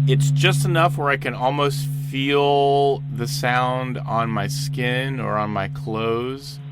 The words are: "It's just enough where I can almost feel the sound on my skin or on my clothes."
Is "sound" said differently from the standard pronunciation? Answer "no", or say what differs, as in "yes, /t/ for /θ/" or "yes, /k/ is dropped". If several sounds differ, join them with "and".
no